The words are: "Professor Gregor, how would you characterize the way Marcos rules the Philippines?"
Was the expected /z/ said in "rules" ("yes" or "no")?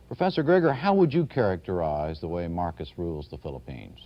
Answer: yes